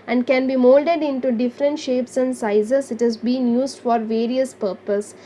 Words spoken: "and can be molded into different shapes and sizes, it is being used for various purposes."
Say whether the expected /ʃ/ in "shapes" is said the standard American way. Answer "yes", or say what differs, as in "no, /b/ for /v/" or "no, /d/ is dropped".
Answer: yes